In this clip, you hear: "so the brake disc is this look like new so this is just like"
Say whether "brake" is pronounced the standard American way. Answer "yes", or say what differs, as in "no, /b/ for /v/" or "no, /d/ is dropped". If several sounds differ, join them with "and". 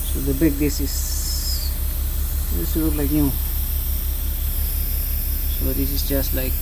no, /ɹ/ is dropped